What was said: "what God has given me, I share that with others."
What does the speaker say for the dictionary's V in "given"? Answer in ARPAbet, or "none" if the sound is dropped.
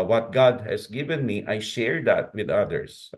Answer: V